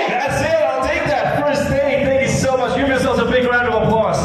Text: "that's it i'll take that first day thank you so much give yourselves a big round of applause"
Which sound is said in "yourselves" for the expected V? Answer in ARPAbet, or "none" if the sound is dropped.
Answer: none